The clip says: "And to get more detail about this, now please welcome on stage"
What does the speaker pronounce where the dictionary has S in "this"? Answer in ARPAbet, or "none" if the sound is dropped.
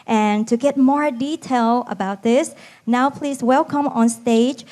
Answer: S